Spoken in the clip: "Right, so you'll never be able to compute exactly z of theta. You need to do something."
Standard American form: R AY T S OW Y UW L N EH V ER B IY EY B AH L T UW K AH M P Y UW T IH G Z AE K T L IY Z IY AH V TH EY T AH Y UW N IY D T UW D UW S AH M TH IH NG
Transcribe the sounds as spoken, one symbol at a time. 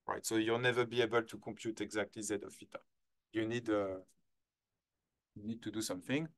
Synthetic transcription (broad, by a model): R AY T S OW Y UW L N EH V ER B IY EY B AH L T UW K AH M P Y UW T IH G Z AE K T L IY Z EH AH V F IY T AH Y UW N IY D T UW D UW S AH M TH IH NG